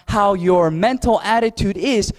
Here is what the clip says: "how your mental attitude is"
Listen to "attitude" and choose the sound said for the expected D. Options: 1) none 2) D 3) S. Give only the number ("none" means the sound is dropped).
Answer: 2